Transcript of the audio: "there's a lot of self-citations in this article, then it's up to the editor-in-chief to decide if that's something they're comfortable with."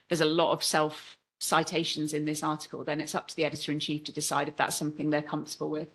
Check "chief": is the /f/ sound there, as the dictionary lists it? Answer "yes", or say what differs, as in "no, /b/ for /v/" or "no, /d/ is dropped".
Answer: yes